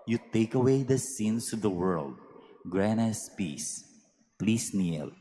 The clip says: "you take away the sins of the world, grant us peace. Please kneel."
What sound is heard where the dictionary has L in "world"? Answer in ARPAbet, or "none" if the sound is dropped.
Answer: L